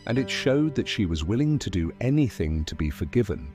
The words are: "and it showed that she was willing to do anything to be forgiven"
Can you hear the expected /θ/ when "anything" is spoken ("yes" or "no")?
yes